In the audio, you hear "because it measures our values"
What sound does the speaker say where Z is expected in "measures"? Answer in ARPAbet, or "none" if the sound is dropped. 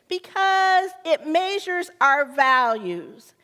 Z